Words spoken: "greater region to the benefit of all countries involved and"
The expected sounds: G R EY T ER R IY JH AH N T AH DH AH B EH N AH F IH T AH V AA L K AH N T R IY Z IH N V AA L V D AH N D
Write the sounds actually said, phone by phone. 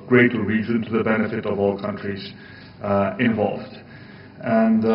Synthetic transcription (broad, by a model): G R EY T R IY Z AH N T AH DH AH B EH N AH F IH T AH V AA L K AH N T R IY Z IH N V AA L V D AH N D